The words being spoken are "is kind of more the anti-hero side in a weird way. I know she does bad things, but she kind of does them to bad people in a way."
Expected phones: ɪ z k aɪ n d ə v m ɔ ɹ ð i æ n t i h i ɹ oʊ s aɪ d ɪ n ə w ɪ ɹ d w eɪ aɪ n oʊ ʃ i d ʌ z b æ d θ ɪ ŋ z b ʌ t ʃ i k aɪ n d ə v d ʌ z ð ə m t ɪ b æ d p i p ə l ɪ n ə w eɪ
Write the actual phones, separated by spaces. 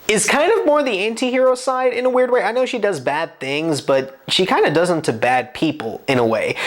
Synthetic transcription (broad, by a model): ɪ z k aɪ n d ə v m ɔ ɹ ð i æ n t i h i ɹ oʊ s aɪ d ɪ n ə w ɪ ɹ d w eɪ aɪ n oʊ ʃ i d ʌ z b æ d θ ɪ ŋ z b ʌ t ʃ i k aɪ n d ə d ʌ z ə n t ɪ b æ d p i p l ɪ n ə w eɪ